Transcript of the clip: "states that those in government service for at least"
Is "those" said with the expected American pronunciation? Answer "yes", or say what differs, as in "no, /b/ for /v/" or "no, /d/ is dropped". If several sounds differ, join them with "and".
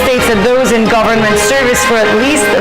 yes